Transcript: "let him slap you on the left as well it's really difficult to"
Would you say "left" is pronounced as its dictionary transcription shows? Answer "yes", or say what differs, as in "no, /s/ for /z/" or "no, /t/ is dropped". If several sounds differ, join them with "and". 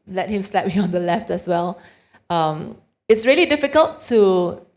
yes